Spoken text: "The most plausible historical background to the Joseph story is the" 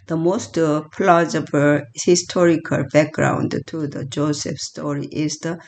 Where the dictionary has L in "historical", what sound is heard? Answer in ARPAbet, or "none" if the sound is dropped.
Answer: L